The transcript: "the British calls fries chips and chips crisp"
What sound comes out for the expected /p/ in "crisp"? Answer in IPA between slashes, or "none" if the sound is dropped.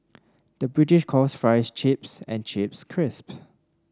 /p/